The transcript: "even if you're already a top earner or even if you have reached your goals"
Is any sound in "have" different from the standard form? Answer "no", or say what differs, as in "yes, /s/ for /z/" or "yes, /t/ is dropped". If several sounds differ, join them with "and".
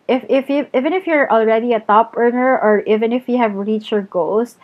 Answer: no